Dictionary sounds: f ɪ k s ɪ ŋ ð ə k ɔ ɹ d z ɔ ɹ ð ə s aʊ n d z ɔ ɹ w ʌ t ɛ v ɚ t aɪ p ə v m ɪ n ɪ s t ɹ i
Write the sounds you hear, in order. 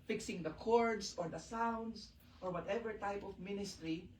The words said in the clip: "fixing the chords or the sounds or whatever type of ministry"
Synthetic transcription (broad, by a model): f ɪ k s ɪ ŋ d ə k ɔ ɹ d s ɔ ɹ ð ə s aʊ n d s ɔ ɹ w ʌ t ɛ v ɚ t aɪ p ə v m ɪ n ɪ s t ɹ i